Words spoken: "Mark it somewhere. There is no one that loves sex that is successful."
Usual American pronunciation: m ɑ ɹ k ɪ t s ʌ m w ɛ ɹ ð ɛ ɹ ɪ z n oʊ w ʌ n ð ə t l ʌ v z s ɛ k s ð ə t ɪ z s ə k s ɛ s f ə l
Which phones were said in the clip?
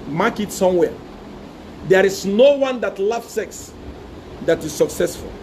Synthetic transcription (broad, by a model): m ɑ k ɪ t s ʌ m w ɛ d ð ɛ ɹ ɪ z n oʊ w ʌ n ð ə t l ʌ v s ɛ k s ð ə t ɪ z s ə k s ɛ s f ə l